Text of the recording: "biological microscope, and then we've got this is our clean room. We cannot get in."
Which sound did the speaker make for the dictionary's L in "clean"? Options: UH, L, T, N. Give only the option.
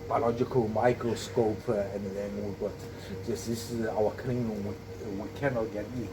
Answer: N